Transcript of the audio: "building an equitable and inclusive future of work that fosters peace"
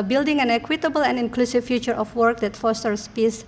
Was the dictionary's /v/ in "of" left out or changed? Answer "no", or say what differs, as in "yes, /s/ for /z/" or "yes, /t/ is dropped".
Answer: yes, /f/ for /v/